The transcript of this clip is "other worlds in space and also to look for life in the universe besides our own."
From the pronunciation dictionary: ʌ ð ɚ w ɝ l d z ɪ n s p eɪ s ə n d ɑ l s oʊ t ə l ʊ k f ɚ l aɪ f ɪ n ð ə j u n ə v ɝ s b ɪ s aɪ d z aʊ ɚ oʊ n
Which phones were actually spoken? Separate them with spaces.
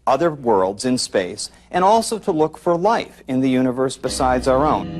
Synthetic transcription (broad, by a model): ʌ ð ɚ w ɝ l d z ɪ n s p eɪ s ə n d ɑ l s oʊ t ə l ʊ k f ɚ l aɪ f ɪ n ð ə j u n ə v ɝ s b ɪ s aɪ d z aʊ ɚ oʊ n